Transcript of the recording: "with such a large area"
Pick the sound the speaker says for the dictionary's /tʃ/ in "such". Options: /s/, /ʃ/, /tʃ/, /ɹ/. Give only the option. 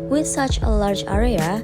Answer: /tʃ/